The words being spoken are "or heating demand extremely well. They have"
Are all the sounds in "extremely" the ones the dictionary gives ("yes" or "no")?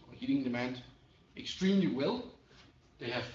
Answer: yes